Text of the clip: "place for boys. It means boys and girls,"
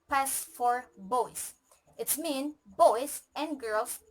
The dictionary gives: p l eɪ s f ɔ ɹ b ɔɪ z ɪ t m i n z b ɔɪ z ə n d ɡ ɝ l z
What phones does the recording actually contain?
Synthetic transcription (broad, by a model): p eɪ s f ɔ ɹ b ɔɪ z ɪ t m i n b ɔɪ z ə n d ɡ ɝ l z